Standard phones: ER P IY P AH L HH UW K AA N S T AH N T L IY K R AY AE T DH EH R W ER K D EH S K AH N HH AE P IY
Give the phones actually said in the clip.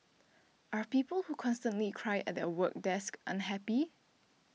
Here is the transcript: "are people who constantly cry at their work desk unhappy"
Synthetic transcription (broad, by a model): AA P IY P AH L HH UW K AA N S T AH N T L IY K R AY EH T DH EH W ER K D EH S K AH N HH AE P IY